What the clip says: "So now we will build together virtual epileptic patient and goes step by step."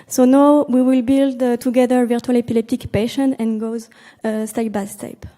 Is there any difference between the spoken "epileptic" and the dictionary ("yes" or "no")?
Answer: no